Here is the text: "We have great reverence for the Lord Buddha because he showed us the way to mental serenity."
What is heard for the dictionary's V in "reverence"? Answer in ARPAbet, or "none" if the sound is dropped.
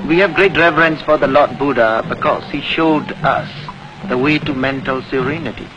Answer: V